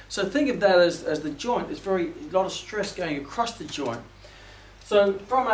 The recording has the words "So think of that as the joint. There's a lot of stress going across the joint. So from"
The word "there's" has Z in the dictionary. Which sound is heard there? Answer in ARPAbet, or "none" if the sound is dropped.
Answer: none